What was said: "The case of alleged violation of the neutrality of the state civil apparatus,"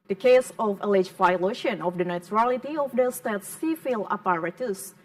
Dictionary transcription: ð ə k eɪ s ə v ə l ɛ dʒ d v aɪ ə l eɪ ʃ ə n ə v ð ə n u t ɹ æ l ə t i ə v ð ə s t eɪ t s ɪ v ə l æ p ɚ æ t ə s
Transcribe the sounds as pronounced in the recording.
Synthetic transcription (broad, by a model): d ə k eɪ s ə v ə l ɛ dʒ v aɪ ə l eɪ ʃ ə n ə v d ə n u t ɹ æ l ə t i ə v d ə s t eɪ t s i f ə l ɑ p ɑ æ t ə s